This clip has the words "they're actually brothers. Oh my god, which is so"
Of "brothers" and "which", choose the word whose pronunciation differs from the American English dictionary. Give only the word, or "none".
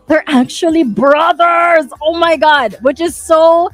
none